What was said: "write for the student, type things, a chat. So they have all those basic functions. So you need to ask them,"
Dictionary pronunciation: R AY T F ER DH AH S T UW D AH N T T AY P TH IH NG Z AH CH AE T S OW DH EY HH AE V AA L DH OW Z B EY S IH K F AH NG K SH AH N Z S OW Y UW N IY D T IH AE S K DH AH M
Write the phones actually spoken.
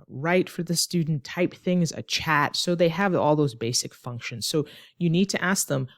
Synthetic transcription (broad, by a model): R AY T F ER DH AH S T UW D N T T AY P TH IH NG Z AH CH AE T S OW DH EY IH V AA L DH OW Z B EY S IH K F AH NG K SH AH N Z S OW Y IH N IY D T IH AE S K DH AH M